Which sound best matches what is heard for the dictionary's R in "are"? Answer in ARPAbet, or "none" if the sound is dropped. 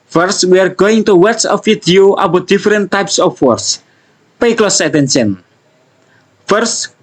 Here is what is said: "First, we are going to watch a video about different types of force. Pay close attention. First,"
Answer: R